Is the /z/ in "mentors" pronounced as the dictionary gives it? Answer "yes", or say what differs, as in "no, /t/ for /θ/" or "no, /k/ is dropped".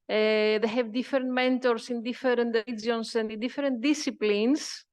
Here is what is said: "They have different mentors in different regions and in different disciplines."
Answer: no, /s/ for /z/